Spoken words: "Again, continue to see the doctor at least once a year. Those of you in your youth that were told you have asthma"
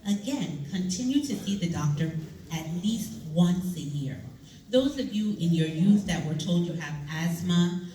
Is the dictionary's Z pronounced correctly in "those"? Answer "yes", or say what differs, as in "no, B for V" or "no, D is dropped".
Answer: yes